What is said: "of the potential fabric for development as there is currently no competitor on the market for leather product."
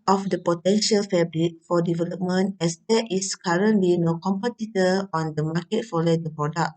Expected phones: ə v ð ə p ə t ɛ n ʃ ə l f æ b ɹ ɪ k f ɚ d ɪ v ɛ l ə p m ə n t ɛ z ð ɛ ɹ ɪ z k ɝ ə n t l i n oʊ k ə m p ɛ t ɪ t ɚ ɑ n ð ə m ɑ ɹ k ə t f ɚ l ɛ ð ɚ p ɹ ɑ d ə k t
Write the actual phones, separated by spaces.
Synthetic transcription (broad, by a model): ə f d ə p ə t ɛ n ʃ ə l f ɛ b ɹ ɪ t f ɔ d ɪ v ɛ l ə p m ə n t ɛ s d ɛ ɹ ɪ s k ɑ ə n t l i n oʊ k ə m p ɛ t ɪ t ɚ ɑ n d ə m ɑ k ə t f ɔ l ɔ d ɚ p ɹ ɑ d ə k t